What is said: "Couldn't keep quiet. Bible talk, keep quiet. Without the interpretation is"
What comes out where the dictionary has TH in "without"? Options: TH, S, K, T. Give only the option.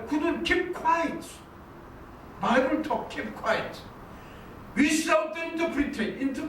S